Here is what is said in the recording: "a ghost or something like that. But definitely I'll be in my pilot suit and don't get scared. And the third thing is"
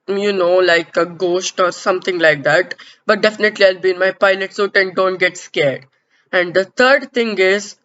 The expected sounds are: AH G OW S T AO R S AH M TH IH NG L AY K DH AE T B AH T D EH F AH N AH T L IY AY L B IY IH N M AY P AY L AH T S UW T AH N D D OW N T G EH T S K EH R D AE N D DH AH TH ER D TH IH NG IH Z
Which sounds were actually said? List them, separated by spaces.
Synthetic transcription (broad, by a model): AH G OW S T AO R S AH M T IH NG L AY K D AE T B AH T D EH F AH N AH T L IY AY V B IY N M AY P AY N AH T S UW T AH N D D OW N T G EH T S K EH R D AE N D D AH T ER D T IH NG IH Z